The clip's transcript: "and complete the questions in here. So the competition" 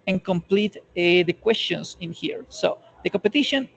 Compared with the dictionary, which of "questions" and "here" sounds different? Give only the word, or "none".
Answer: questions